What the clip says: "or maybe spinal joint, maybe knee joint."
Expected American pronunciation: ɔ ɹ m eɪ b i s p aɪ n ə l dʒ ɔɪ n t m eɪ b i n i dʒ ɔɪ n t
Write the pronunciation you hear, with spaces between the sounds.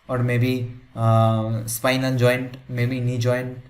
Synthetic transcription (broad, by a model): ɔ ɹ m eɪ b i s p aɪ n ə n dʒ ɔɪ n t m eɪ b i n i dʒ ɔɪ n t